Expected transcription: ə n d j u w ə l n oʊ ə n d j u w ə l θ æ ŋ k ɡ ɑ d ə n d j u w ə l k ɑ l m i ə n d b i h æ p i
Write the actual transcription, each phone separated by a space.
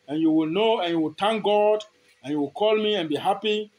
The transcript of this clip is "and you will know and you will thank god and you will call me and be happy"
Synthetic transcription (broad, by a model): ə n j u w ə l n oʊ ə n j u w ə l t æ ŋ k ɡ ɑ d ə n j u w ə l k ɑ l m i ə n b i h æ p i